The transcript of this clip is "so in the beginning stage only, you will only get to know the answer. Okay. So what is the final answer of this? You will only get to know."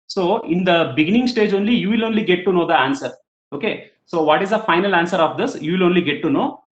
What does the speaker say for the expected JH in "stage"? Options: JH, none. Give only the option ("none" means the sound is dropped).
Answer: JH